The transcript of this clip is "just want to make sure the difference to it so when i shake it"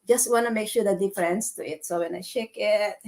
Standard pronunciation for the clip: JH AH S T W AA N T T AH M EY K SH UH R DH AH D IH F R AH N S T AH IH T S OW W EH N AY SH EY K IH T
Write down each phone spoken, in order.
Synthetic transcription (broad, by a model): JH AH S T W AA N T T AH M EY K SH UH R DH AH D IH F R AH N S T AH IH T S OW W EH N AY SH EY K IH T